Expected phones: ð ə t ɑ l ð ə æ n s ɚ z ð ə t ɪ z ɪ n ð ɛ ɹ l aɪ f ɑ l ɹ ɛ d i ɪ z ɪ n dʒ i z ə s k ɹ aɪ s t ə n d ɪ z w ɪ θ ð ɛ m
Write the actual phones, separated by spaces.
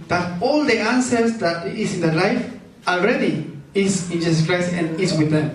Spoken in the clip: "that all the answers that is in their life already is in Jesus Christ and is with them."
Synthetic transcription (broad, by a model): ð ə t ɑ l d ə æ n s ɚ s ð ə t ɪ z ɪ n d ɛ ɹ l aɪ f ɑ l ɹ ɛ d i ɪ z ɪ n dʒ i s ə s k ɹ aɪ s t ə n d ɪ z w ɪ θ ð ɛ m